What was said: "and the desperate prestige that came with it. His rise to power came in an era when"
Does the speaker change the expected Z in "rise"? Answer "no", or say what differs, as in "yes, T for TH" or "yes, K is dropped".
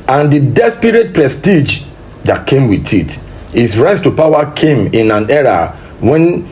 yes, S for Z